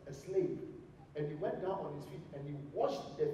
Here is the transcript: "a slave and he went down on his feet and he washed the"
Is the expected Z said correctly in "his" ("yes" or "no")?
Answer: no